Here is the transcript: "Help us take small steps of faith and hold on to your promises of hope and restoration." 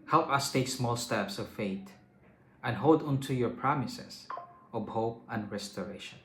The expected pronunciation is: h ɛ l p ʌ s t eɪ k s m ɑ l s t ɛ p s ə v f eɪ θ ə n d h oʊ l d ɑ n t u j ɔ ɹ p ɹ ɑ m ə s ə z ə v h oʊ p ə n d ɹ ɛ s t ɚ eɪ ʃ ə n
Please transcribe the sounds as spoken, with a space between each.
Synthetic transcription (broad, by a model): h ɛ l p ʌ s t eɪ k s m ɑ l s t ɛ p s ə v f eɪ t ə n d h oʊ l d ɑ n t u j ɔ ɹ p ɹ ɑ m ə s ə s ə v h oʊ p ə n d ɹ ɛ s t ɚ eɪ ʃ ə n